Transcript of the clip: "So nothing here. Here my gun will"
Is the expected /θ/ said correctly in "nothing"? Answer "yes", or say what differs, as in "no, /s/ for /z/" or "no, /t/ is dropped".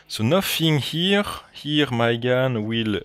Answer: no, /f/ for /θ/